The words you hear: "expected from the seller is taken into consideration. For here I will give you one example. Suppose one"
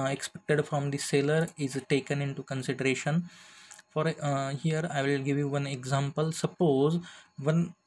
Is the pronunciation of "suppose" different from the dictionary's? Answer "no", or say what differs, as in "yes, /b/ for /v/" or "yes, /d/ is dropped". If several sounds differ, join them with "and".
no